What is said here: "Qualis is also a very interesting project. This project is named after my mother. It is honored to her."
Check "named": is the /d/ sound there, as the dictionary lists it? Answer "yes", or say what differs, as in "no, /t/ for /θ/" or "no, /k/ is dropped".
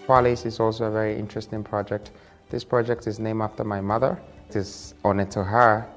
no, /d/ is dropped